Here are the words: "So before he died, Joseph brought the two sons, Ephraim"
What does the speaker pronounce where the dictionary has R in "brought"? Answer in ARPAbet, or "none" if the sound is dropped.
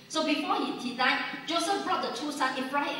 R